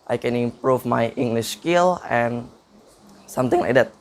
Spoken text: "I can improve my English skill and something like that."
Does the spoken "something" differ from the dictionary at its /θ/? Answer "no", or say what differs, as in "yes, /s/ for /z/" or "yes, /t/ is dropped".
yes, /t/ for /θ/